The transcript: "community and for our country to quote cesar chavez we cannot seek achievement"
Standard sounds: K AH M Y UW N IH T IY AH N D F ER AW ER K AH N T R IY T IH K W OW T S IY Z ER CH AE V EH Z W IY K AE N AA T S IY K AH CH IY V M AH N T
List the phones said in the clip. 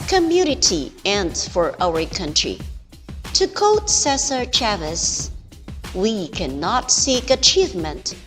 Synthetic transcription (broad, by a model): K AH M Y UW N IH T IY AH N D F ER AW ER K AH N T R IY T IH K OW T S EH S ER CH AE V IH S W IY K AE N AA T S IY K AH CH IY V M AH N T